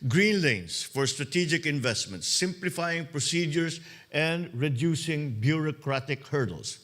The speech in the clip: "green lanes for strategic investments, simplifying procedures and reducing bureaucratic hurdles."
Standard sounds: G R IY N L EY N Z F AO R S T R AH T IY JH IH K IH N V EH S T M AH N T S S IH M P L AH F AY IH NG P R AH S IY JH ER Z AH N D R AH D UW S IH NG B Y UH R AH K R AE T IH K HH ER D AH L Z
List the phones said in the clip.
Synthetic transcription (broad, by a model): G R IY N L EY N S F AO R S T R AH T IY JH IH K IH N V EH S T M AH N T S S IH M P L AH F AY IH NG P R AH S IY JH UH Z AH N D R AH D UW S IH NG B Y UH R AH K R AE T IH K HH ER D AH L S